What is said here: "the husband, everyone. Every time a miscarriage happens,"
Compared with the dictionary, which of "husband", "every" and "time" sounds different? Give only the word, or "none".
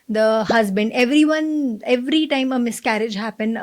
none